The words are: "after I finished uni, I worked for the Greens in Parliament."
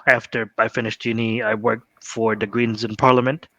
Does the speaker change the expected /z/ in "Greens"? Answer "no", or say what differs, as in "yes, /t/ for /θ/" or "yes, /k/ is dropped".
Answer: no